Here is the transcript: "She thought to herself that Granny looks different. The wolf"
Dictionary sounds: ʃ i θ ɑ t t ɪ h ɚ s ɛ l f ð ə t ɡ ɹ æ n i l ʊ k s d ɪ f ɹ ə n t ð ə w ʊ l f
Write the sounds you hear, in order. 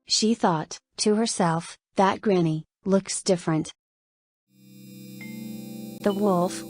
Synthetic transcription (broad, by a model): ʃ i θ ɑ t t ɪ h ɚ s ɛ l f ð ə t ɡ ɹ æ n i l ʊ k s d ɪ f ɹ ə n t ð ə w ʊ l f